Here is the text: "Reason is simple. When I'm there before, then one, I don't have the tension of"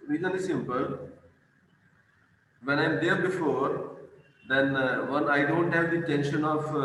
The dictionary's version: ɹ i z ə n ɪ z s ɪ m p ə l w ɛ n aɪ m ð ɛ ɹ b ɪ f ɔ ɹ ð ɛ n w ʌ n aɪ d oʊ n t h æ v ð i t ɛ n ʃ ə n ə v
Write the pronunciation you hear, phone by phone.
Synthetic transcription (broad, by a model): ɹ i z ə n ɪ s ɪ m p ə l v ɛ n aɪ m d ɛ ɹ b ɪ f ɔ ɹ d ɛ n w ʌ n aɪ d oʊ n t h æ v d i t ɛ n ʃ ə n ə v